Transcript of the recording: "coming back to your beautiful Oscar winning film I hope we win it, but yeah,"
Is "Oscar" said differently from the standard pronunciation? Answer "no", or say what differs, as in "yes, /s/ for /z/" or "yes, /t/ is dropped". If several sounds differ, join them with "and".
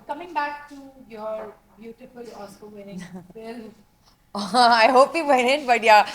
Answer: yes, /k/ is dropped